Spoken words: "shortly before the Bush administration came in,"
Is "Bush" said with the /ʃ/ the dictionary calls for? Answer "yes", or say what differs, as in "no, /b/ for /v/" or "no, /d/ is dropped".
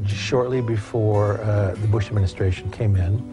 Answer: yes